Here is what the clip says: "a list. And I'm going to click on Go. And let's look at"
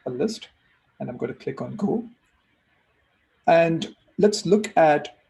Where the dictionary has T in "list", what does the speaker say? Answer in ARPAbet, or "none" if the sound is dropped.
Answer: T